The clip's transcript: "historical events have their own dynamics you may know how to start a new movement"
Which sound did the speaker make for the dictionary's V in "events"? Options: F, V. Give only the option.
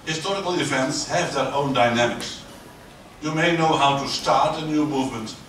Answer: F